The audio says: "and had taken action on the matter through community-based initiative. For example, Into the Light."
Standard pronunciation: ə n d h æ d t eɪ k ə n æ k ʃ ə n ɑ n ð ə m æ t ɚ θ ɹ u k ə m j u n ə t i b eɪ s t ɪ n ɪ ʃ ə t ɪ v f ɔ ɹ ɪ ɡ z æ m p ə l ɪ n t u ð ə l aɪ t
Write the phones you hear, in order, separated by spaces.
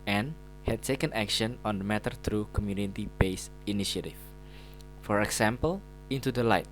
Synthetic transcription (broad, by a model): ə n h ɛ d t eɪ k ə n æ k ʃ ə n ɑ n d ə m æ t ɚ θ ɹ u k ə m j u n ə t i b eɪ s ɪ n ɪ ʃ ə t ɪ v f ɔ ɹ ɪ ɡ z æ m p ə l ɪ n t u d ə l aɪ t